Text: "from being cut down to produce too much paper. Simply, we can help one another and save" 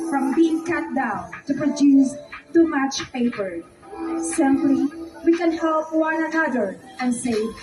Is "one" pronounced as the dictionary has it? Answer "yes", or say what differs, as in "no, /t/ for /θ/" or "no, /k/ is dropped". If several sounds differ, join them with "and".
yes